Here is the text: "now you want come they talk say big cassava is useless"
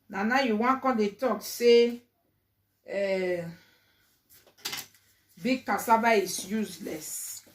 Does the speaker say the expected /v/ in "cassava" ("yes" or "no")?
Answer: no